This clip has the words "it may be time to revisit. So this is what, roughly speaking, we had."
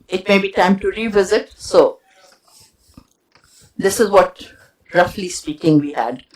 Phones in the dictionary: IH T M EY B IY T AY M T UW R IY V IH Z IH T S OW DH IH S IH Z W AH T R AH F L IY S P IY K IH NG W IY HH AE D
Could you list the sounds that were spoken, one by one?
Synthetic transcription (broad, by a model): IH T M EY B IY T AY M T UW R IY V IH Z IH T S OW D IH S IH Z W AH T R AH F L IY S P IY K IH NG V IY HH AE D